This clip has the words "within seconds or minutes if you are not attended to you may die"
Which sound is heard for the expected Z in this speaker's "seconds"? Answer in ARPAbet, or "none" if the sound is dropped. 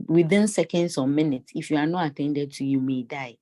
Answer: S